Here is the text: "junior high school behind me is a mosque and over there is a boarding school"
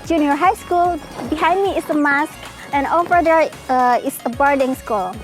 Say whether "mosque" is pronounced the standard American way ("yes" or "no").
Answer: yes